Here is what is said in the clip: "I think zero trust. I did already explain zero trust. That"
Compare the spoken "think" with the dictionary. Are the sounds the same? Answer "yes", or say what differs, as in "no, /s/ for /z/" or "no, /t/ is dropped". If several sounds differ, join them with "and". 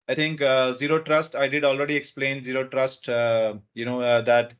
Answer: no, /t/ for /θ/